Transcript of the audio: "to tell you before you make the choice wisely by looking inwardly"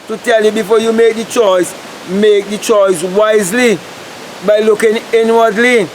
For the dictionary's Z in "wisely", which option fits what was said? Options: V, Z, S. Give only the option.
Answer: Z